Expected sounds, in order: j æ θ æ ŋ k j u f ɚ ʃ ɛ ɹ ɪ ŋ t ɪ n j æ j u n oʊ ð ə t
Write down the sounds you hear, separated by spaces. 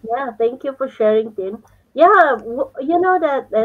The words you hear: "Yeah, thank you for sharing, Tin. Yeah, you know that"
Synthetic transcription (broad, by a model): j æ t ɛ ŋ k j u f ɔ ʃ ɛ ɹ ɪ ŋ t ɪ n j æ j u n oʊ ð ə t